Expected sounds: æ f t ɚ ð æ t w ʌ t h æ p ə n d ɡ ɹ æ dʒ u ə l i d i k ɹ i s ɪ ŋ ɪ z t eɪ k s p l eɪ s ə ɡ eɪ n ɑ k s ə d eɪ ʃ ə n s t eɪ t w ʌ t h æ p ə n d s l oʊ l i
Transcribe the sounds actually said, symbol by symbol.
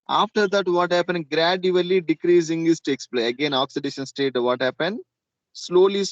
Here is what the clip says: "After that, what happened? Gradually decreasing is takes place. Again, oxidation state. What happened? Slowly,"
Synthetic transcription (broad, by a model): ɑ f t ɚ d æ t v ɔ t h æ p ə n d ɡ ɹ æ dʒ u ə l i d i k ɹ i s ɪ ŋ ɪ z t eɪ k s p l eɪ ə ɡ eɪ n ɑ k s ə d eɪ ʃ ə n s t eɪ t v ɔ t h æ p ə n d s l oʊ l i